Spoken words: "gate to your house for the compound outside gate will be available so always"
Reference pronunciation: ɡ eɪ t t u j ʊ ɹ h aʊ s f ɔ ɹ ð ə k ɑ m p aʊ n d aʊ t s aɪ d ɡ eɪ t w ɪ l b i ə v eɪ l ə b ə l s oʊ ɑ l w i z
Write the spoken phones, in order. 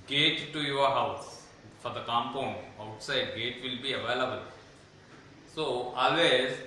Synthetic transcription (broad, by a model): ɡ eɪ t t u j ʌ ɹ h aʊ s f ɔ ɹ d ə k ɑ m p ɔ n aʊ t s aɪ d ɡ eɪ t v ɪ l b i ə v eɪ l ə b ə l s oʊ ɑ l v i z